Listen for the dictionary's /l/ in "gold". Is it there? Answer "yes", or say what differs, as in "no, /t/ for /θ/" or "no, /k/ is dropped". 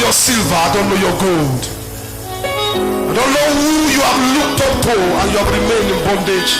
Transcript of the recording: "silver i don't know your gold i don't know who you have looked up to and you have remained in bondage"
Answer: yes